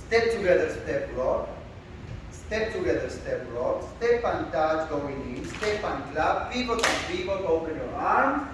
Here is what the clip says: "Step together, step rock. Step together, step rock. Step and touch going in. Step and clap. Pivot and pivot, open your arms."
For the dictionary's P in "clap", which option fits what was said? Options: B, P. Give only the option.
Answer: B